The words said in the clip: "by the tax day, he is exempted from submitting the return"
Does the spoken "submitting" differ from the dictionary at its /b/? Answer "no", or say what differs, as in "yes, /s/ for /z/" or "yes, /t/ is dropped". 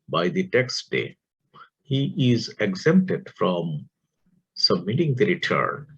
no